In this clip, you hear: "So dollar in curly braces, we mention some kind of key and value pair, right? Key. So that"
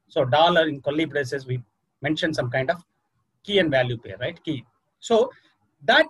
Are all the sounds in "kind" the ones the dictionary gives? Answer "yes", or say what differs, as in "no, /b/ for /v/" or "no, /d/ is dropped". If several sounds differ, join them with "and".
yes